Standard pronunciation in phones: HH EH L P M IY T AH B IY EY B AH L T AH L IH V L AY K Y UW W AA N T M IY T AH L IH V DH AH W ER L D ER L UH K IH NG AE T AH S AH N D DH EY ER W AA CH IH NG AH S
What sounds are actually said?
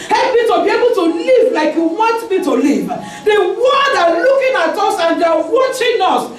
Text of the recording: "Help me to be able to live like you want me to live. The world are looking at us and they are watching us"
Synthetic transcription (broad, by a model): HH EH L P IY T AH B IY EY B AH L T AH L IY V L AY K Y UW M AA T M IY T AH L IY V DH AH W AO D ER L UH K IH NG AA T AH S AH N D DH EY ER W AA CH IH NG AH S